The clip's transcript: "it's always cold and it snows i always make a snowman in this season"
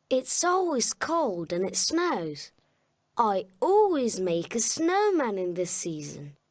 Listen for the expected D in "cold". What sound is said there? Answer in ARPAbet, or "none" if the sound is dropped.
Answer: D